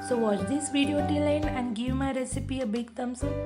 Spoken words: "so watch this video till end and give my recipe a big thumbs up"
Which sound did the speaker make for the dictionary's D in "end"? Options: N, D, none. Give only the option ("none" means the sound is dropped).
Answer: none